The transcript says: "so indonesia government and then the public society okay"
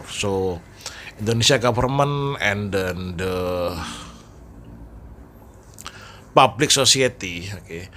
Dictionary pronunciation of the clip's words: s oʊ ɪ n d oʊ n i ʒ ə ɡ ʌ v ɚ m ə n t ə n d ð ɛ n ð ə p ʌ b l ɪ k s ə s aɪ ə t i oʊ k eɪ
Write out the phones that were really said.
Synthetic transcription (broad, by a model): s oʊ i n d oʊ n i s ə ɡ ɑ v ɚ m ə n ə n d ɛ n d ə p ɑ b l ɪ k s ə s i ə t i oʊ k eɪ